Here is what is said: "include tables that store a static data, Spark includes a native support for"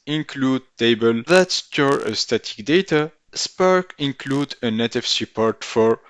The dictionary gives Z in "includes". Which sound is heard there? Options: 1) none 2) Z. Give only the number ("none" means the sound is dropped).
1